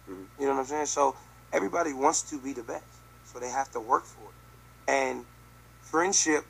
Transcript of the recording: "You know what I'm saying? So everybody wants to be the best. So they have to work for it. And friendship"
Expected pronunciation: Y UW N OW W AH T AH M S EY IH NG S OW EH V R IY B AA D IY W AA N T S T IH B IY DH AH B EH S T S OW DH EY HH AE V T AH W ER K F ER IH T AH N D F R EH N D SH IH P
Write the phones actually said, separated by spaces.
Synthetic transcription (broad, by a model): Y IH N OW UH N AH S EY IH S OW EH V R IY B AA D IY W AA N T S T IH B IY DH AH B EH S T S OW DH EY HH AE F T AH W ER K F ER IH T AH N F R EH N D SH IH P